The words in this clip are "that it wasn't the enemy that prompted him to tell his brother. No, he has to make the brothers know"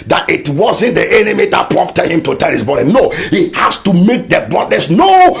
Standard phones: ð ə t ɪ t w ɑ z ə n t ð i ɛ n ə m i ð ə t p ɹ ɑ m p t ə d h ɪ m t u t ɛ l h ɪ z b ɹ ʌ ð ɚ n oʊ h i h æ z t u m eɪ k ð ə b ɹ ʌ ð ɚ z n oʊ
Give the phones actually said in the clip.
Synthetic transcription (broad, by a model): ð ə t ɪ t w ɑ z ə n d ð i ɛ n ə m i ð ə t p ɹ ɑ m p t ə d h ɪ m t u t ɛ l h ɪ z b ɔ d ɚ n oʊ h i h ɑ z t u m eɪ k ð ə b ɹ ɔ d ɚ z n oʊ